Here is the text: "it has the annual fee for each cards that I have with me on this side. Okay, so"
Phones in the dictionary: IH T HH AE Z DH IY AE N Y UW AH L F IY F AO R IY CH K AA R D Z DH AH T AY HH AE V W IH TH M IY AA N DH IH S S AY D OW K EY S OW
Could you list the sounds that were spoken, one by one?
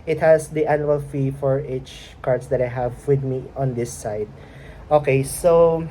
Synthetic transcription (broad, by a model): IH T HH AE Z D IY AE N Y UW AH L F IY F AO R IY CH K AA R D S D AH T AY HH AE V W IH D M IY AA N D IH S S AY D OW K EY S OW